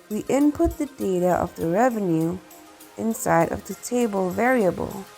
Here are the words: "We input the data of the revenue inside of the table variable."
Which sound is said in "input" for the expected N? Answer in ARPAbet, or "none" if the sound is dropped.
N